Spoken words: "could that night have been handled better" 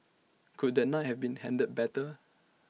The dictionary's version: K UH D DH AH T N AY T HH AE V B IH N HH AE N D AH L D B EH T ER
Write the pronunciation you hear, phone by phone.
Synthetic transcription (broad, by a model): K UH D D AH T N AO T HH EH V B IH N HH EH N D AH D B EH T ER